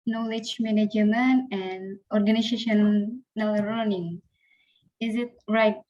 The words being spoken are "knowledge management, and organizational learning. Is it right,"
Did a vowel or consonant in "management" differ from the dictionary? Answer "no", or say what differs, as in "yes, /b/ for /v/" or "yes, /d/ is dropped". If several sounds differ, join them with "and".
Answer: yes, /t/ is dropped